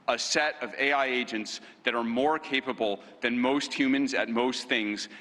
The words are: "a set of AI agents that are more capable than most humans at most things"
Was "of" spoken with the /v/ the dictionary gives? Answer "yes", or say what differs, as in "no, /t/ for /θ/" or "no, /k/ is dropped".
yes